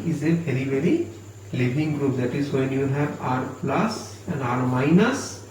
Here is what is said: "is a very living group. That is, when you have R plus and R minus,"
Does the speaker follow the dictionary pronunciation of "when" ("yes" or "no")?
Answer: yes